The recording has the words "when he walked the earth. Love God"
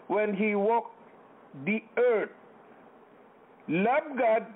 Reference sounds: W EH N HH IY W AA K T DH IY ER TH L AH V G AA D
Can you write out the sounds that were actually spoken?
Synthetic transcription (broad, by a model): W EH N HH IY W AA K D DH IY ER T L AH B G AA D